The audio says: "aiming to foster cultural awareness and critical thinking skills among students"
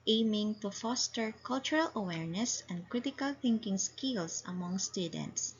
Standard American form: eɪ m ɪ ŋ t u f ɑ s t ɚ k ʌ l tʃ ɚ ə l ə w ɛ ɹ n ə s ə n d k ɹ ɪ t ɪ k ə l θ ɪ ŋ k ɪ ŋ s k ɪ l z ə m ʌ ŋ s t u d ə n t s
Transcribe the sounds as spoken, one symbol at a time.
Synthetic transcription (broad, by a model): eɪ m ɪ ŋ t u f ɑ s t ɚ k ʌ l tʃ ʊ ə l ə w ɛ ɹ n ə s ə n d k ɹ ɪ t ɪ k ə l θ ɪ ŋ k ɪ ŋ s k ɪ l s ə m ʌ ŋ s t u d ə n t s